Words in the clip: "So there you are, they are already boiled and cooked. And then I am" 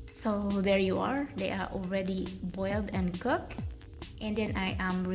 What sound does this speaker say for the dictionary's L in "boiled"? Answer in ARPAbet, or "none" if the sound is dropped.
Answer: L